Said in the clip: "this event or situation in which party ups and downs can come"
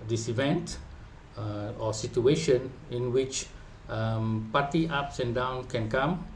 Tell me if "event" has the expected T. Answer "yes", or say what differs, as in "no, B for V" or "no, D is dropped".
yes